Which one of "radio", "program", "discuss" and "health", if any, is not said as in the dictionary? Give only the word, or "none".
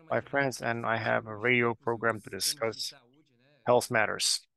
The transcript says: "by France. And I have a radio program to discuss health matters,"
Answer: none